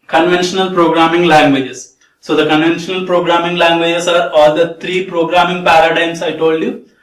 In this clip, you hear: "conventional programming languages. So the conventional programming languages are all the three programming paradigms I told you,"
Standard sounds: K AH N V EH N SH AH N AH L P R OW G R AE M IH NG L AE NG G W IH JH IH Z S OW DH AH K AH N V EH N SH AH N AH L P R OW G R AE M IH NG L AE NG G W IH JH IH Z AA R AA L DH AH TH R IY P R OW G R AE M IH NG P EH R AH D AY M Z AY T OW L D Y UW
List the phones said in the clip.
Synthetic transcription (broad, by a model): K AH N V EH N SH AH N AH L P R OW G R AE M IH NG L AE NG G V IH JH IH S S OW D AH K AH N V EH N SH AH N AH L P R OW G R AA M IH NG L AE NG G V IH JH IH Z AA R AA L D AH T R IY P R OW G R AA M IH NG P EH R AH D AY M S AY T OW L D Y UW